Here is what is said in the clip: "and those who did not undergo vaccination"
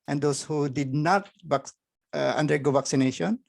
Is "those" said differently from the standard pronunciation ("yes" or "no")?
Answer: yes